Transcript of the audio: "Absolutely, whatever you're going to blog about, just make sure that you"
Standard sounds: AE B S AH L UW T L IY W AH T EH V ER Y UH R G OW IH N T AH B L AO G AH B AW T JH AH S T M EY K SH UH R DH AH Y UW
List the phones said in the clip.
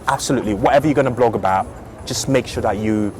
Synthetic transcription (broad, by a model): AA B S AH L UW T L IY W AH T EH V ER Y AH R G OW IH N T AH B L AO G AH B AW T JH AH S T M EY K SH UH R DH AH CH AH